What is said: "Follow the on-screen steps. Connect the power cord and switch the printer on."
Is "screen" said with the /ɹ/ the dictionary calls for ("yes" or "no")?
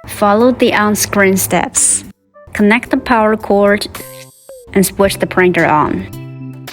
yes